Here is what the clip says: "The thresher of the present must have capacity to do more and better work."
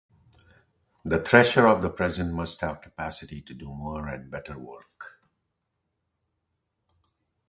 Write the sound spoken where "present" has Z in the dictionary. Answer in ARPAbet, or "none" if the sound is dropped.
Z